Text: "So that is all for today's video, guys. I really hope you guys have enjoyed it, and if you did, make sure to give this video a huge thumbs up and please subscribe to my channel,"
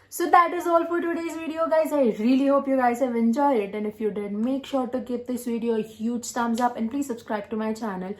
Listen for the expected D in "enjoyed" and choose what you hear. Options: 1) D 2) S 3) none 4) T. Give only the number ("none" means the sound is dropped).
3